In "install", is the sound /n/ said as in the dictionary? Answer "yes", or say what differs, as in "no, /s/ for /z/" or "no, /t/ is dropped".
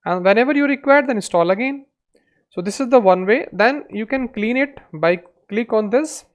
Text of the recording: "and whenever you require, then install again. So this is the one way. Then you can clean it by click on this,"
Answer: no, /n/ is dropped